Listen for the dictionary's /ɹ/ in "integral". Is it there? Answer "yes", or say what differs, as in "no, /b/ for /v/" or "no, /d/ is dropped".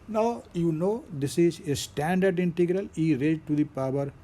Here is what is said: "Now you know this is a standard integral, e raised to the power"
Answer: yes